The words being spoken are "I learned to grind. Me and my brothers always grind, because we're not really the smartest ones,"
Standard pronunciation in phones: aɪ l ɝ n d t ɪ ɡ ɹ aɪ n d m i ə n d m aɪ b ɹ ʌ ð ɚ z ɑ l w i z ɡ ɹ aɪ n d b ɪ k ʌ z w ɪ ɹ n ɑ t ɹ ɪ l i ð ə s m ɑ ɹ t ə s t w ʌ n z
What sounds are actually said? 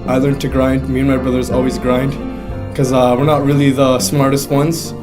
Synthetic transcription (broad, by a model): aɪ l ɝ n t ɪ ɡ ɹ aɪ n d m i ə n m aɪ b ɹ ʌ ð ɚ z ɑ l w i z ɡ ɹ aɪ n d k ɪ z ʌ w ɪ ɹ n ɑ t ɹ ɪ l i ð ə s m ɑ ɹ t ə s t w ʌ n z